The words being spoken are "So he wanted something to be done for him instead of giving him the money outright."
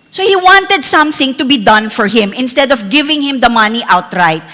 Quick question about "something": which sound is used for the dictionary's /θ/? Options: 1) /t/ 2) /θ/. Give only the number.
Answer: 2